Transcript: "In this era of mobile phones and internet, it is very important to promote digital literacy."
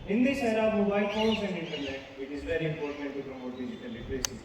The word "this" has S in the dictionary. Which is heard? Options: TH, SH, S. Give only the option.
SH